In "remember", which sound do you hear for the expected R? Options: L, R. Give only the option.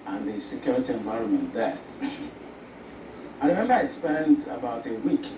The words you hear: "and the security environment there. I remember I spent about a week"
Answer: R